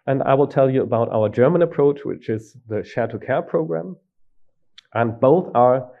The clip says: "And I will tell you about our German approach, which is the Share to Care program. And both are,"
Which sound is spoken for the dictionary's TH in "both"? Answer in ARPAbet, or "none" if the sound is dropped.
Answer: TH